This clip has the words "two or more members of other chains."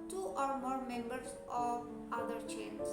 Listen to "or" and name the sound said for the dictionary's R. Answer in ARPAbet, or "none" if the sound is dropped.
R